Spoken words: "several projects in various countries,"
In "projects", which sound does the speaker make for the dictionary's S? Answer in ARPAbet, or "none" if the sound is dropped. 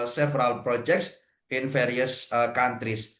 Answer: S